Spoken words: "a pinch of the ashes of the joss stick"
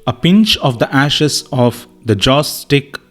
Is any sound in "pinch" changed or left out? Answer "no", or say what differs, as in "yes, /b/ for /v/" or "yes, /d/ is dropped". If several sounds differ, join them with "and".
no